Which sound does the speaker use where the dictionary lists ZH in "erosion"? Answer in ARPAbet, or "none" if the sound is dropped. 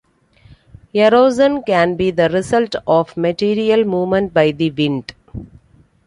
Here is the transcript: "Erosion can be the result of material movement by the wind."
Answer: Z